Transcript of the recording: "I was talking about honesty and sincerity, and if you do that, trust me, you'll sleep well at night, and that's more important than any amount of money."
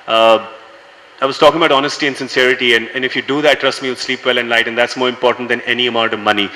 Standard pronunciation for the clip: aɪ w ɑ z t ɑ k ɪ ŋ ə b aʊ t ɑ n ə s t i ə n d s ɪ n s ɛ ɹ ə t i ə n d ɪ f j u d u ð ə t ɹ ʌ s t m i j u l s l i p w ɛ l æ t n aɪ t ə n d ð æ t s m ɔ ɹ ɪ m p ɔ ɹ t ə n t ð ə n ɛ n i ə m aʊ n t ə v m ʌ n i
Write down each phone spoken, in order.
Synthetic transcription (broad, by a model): aɪ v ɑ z t ɑ k ɪ ŋ ə b aʊ t ɑ n ə s t i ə n s ɪ n s ɛ ɹ ə t i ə n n ɪ f j u d u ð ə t ɹ ʌ s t m i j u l s l i p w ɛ l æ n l aɪ t ə n d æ t s m ɔ ɹ ɪ m p ɔ ɹ t ə n t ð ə n ɛ n i ə m aʊ n t ə v m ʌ n i